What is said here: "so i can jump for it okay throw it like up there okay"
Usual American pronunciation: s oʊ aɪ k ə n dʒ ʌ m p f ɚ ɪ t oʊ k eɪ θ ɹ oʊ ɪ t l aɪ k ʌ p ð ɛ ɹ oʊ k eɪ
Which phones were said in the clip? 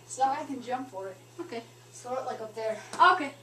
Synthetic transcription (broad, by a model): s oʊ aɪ k ə n dʒ ʌ m p f ɚ ɪ t oʊ k eɪ s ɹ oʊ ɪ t l aɪ k ʌ p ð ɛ ɹ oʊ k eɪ